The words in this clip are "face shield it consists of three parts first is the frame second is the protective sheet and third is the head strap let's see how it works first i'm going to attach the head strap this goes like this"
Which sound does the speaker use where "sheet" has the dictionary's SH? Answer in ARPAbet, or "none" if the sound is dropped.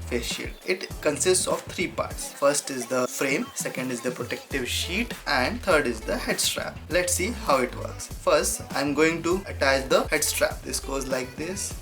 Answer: SH